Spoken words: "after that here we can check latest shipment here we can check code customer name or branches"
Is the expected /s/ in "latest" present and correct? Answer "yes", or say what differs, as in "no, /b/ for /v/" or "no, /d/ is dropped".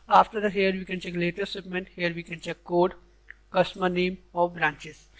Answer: no, /s/ is dropped